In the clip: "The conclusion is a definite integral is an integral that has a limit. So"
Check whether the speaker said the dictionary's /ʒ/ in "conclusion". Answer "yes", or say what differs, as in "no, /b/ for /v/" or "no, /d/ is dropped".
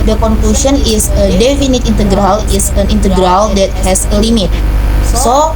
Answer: no, /s/ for /ʒ/